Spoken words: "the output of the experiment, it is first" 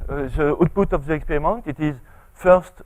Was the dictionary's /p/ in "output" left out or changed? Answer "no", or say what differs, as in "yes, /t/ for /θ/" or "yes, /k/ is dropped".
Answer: yes, /b/ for /p/